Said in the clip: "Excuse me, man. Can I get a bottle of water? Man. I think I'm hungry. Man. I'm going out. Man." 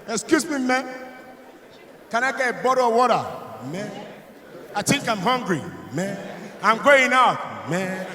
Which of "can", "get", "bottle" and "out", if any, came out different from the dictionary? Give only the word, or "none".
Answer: bottle